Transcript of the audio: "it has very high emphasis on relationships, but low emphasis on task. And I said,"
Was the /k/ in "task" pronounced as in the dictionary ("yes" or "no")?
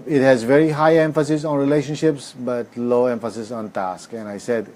yes